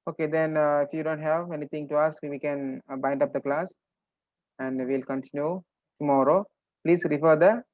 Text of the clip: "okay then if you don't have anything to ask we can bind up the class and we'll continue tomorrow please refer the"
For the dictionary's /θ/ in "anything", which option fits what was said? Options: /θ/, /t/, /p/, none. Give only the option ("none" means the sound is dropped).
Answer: /t/